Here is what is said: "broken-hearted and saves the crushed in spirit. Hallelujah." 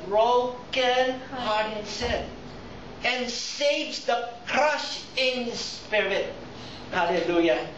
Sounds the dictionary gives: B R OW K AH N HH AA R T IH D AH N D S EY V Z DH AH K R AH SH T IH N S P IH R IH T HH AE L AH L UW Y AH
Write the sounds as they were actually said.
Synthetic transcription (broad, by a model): R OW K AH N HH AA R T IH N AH N S EY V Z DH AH K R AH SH IH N S P IH R IH T HH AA L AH L UW Y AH